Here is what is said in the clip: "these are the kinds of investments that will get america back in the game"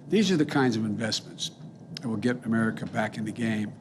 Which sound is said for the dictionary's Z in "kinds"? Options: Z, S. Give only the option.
Z